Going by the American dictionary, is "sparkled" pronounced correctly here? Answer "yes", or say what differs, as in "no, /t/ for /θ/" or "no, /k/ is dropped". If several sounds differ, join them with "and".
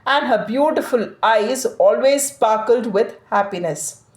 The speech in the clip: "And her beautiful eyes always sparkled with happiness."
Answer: yes